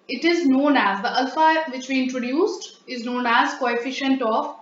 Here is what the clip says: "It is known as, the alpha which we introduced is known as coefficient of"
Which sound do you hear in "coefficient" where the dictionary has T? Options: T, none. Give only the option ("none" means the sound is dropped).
T